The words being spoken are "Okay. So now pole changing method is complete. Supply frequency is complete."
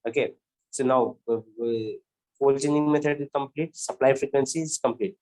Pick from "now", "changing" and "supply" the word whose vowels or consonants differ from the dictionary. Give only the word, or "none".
changing